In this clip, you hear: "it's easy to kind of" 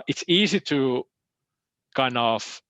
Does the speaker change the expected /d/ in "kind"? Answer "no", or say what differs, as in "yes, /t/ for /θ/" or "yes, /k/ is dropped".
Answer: yes, /d/ is dropped